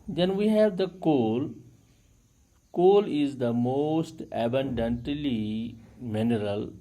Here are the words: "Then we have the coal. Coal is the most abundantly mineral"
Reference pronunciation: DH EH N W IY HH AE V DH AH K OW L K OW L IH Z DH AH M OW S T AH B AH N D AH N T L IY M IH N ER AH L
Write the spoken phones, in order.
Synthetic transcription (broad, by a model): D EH N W IY HH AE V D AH K OW L K OW L IH Z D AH M OW S T AH B AH N D AH N T L IY M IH N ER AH L